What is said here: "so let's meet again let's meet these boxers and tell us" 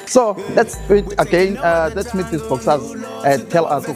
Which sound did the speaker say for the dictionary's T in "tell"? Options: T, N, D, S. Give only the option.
T